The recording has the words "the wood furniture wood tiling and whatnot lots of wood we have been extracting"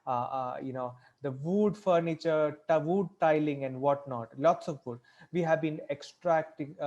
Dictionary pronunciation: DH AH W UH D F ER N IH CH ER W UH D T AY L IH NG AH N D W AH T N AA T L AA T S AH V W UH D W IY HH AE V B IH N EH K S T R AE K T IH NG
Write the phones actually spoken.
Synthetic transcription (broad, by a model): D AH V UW D F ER N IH CH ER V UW D T AY L IH NG AH N D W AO T N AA T L AA T S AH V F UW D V IY HH AE V B IH N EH K S T R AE K T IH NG